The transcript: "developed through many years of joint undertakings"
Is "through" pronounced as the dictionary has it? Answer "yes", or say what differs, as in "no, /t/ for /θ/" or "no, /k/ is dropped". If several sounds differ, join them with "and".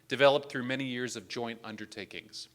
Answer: yes